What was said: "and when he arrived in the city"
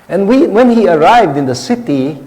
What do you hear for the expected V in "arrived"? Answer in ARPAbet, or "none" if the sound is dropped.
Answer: V